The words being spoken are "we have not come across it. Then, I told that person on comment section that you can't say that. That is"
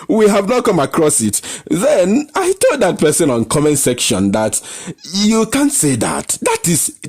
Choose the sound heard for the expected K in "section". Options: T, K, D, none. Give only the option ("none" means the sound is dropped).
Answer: K